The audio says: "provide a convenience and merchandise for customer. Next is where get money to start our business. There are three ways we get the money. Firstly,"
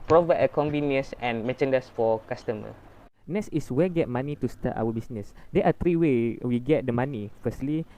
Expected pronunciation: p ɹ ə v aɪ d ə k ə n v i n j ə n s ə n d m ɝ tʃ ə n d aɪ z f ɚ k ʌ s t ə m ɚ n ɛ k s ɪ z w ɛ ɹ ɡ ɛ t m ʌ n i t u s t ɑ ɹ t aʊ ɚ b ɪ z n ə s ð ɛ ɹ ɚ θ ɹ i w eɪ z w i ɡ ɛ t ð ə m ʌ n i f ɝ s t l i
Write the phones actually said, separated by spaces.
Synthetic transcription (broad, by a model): p ɹ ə v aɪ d ə k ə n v i n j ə n s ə n m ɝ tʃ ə n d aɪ s f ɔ k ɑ s t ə m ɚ n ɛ s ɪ s w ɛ ɡ ɛ t m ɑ n i t u s t ɑ t aʊ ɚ b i s n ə s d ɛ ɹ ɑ t ɹ i w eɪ w i ɡ ɛ t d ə m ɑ n i f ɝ s t l i